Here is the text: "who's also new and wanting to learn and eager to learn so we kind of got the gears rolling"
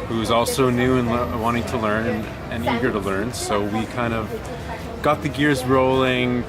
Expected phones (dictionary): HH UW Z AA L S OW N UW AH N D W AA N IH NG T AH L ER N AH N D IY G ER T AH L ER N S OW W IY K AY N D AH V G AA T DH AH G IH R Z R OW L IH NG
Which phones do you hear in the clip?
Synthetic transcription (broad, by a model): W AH Z AA L S OW N UW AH N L W AA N IH NG T AH L ER N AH N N IY G ER T AH L ER N S OW W IY K AY N D AH V G AA T DH AH G IH R Z R OW L IH NG